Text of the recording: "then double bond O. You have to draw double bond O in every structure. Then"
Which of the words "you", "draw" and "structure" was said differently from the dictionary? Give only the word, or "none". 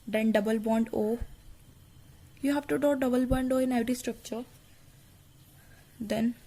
draw